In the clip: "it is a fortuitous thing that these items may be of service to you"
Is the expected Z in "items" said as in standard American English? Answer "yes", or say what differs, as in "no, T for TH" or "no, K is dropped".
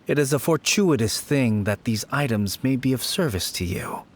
yes